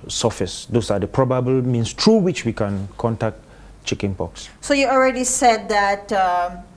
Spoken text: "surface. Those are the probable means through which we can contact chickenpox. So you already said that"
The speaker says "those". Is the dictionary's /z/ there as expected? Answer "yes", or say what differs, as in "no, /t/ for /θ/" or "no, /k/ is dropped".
no, /s/ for /z/